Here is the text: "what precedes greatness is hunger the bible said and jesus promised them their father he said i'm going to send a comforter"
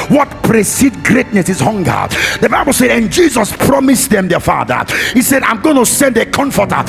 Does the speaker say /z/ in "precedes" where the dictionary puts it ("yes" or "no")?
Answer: no